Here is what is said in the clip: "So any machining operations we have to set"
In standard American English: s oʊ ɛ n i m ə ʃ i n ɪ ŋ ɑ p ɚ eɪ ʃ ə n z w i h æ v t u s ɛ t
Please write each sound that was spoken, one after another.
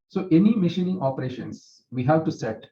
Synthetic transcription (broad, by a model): s oʊ ɛ n i m ə ʃ i n ɪ ŋ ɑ p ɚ eɪ ʃ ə n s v i h æ v t u s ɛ t